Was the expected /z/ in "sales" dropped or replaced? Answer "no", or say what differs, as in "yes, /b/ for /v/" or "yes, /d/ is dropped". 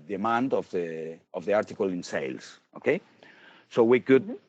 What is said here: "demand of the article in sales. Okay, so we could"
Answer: yes, /s/ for /z/